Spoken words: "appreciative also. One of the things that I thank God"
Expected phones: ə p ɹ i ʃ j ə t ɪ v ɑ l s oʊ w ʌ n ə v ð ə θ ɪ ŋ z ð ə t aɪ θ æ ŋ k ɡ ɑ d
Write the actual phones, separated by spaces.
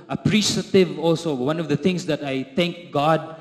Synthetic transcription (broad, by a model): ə p ɹ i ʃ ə t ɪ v ɑ l s oʊ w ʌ n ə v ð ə t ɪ ŋ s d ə t aɪ t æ ŋ k ɡ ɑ d